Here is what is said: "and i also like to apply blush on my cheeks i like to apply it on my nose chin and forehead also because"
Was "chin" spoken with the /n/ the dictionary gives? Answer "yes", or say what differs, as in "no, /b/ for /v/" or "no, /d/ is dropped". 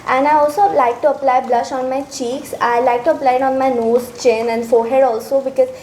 yes